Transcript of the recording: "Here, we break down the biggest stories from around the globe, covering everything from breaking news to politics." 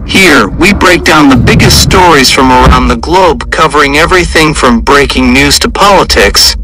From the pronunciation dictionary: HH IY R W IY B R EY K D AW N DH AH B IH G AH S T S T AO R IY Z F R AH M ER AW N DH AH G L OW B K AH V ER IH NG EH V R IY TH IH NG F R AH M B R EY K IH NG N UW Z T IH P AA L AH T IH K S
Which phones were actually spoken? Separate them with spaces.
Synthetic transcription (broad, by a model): HH IY R W IY B R EY K D AW N DH AH B IH G AH S T S T AO R IY Z F R AH M ER AW N DH AH G L OW B K AH V ER IH NG EH V R IY TH IH NG F R AH M B R EY K IH NG N UW Z T IH P AA L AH T IH K S